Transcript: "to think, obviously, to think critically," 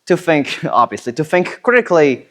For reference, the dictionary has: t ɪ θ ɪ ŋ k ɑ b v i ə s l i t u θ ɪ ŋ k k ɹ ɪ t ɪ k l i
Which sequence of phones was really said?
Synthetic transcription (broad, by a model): t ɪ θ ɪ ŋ k ɑ b v i ə s l i t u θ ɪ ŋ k k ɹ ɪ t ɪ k l i